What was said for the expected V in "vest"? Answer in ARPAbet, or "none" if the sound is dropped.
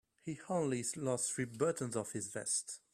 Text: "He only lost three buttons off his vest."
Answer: V